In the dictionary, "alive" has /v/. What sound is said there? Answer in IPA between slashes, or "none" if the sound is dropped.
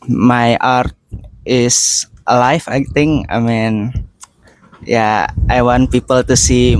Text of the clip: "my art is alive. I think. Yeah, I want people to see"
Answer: /f/